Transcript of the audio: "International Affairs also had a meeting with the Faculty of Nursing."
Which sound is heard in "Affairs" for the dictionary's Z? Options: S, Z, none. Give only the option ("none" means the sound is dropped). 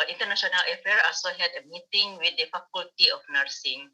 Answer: none